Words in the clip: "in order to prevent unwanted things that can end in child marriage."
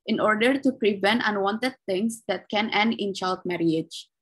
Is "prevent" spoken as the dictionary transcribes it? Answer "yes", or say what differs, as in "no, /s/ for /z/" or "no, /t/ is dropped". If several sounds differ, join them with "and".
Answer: yes